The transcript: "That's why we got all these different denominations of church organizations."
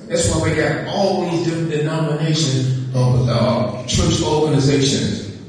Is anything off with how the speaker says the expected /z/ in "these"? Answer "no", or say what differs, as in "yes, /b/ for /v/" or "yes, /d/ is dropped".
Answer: no